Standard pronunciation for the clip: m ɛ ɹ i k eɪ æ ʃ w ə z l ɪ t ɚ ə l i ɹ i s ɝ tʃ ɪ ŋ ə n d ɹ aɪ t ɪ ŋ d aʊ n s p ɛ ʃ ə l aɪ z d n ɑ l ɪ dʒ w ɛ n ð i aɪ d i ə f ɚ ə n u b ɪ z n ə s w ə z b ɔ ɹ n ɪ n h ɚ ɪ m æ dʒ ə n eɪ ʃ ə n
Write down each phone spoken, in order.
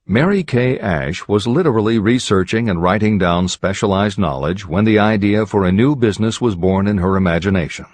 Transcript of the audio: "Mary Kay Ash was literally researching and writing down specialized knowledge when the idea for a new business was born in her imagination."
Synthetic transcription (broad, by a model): m ɛ ɹ i k eɪ æ ʃ w ə z l ɪ t ɚ l i ɹ i s ɝ tʃ ɪ ŋ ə n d ɹ aɪ t ɪ ŋ d aʊ n s p ɛ ʃ ə l aɪ z d n ɑ l ɪ dʒ w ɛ n ð i aɪ d i ə f ɚ ə n u b ɪ z n ə s w ə z b ɔ ɹ n ɪ n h ɚ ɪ m æ dʒ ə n eɪ ʃ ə n